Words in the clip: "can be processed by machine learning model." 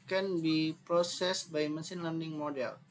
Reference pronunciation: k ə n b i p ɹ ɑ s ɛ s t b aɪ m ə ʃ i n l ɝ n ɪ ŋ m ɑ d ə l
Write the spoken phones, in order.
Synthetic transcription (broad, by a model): k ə n b i p ɹ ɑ s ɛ s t b aɪ m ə s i n l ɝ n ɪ ŋ m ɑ d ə l